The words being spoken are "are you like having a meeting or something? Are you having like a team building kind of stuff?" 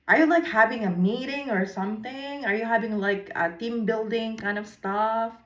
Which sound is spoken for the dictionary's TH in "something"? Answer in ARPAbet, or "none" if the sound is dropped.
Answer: TH